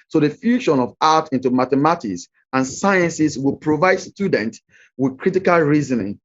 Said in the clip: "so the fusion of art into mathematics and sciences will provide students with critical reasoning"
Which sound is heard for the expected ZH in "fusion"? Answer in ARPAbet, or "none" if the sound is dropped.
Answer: SH